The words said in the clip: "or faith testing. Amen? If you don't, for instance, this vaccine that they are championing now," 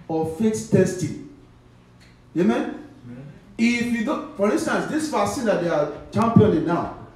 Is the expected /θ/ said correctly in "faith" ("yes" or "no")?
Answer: no